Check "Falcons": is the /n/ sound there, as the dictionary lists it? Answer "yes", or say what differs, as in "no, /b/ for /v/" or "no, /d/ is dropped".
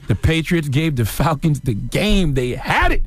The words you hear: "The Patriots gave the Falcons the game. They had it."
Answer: yes